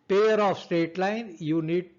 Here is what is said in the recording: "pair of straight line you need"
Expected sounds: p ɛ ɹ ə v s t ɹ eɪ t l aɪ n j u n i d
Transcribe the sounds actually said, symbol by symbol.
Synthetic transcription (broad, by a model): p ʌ ɹ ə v s t eɪ t l aɪ n j u n i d